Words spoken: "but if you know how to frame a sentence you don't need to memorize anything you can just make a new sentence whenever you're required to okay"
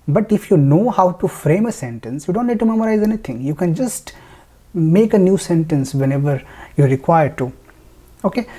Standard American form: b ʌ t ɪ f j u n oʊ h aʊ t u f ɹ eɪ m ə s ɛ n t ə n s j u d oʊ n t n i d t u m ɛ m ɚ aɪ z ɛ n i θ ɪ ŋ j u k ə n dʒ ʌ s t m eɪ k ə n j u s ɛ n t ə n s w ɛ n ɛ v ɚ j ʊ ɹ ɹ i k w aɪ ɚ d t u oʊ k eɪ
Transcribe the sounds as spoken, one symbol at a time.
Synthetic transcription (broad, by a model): b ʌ t ɪ f j u n oʊ h aʊ t u f ɹ eɪ m ə s ɛ n t ə n s j u d oʊ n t l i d t u m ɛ m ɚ aɪ z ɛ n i t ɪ ŋ j u k ə n dʒ ʌ s t m eɪ k ə n j u s ɛ n t ə n s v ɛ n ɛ v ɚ j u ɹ ɹ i k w aɪ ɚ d t u oʊ k eɪ